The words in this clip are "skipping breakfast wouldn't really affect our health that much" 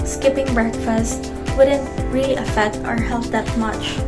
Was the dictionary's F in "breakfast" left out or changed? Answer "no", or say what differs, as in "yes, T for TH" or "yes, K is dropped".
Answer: no